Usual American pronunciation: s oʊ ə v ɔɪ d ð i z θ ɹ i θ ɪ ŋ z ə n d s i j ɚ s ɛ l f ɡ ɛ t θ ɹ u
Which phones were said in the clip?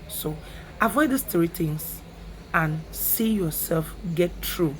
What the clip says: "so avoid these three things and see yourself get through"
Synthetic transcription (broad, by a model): s oʊ ə v ɔɪ d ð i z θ ɹ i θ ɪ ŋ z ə n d s i j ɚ s ɛ l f ɡ ɛ t ɹ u